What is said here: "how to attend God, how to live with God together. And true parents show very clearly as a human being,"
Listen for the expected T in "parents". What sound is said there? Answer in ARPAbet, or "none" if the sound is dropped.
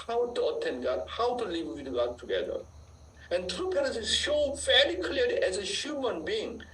S